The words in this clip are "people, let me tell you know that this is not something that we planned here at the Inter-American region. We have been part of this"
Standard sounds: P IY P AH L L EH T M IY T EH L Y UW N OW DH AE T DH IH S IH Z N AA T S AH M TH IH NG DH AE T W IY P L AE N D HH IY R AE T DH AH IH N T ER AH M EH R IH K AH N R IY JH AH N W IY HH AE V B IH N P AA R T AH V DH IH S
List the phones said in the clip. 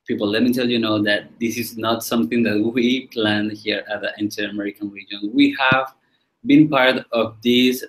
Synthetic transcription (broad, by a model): P IY P L L EH T M IY T EH L Y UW N OW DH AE T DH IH S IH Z N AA T S AH M TH IH NG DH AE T W IY P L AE N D HH IY R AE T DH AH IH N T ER AH M EH R IH K AH N R IY JH AH N W IY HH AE V B IH N P AA R T AH V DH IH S